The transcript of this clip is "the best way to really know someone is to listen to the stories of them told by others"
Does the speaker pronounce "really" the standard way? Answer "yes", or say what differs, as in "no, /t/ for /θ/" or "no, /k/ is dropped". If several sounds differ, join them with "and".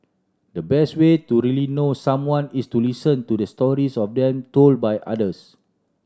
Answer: yes